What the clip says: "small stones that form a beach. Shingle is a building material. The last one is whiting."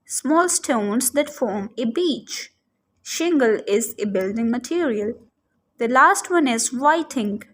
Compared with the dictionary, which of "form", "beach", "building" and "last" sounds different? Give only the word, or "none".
none